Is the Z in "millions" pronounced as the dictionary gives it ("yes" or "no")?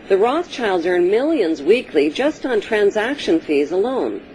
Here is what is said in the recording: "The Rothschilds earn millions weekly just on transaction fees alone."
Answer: yes